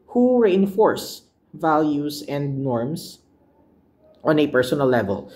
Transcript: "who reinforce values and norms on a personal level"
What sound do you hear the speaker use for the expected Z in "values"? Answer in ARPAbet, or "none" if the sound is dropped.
S